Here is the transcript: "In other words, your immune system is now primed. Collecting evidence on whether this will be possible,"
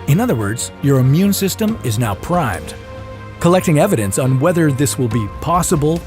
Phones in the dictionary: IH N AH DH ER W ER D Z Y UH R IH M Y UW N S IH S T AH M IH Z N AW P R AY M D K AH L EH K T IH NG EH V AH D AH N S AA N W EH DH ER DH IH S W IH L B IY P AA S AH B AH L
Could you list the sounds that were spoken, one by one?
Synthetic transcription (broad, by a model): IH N AH DH ER W ER D Z Y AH R IH M Y UW N S IH S T AH M IH Z N AW P R AY M D K AH L EH K T IH NG EH V AH D AH N S N W EH DH ER DH IH S W IH L B IY P AA S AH B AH L